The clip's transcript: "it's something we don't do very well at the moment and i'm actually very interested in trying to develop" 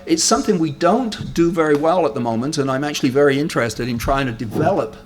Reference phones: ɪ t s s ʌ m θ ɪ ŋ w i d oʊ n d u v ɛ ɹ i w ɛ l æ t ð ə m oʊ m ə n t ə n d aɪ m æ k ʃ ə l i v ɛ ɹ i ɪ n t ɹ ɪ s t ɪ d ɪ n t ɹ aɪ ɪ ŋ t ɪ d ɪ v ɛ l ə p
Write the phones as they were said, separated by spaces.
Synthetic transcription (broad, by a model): ɪ t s s ʌ m θ ɪ ŋ w i d oʊ n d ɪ v ɛ ɹ i w ɛ l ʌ t ð ə m oʊ m ə n t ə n aɪ m æ k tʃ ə l i v ɛ ɹ i ɪ n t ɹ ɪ s t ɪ d ɪ n t ɹ aɪ ɪ ŋ t ɪ d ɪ v ɛ l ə p